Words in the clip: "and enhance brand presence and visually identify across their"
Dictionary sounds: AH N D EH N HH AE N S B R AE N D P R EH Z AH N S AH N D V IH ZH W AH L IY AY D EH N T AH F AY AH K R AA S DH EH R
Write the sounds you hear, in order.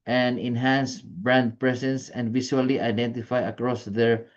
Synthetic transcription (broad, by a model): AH N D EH N HH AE N S B R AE N D P R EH S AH N S AH N D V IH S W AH L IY AY D EH N T AH F AY AH K R AA S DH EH R